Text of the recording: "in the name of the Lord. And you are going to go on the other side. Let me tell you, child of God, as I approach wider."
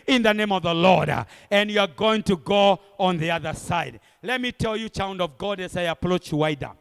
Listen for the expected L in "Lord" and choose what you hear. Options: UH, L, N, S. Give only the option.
L